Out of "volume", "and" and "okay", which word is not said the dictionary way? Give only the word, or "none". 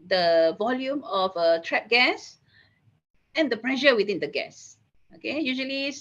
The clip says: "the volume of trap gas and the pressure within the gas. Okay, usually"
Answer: none